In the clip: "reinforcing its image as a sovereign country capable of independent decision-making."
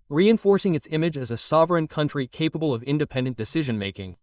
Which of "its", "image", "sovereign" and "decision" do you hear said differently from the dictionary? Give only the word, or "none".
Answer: none